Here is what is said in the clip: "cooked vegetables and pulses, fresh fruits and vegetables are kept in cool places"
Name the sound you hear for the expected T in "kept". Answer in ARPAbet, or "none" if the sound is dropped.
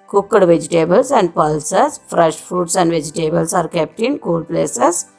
T